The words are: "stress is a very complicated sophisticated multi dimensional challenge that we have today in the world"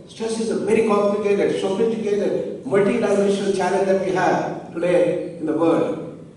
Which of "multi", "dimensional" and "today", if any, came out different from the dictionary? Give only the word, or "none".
dimensional